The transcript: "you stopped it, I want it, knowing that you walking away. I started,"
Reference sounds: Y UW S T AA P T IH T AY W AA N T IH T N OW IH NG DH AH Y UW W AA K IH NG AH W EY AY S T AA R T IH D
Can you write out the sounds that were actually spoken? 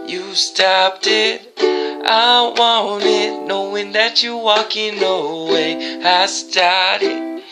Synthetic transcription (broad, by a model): Y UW S T AA P T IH T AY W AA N IH T N OW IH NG DH AH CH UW W AA K IH NG AH W EY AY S T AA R T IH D